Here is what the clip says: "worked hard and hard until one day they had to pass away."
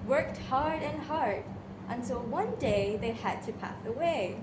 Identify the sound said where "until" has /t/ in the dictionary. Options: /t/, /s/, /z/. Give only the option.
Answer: /s/